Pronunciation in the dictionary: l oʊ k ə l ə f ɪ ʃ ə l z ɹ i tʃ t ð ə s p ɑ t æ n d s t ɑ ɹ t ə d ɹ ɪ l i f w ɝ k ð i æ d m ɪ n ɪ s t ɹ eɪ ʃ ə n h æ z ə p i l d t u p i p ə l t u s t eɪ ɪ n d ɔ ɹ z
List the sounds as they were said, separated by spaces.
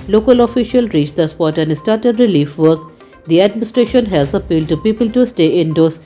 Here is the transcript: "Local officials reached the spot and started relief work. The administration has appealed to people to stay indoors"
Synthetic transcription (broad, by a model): l oʊ k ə l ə f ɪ ʃ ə l ɹ i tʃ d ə s p ɑ t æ n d s t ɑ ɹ t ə d ɹ ɪ l i f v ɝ k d i æ d m ɪ n ɪ s t ɹ eɪ ʃ ə n h æ z ə p i l d t u p i p ə l t u s t eɪ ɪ n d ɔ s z